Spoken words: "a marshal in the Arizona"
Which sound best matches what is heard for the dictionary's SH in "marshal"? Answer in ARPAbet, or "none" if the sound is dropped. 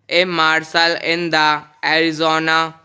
S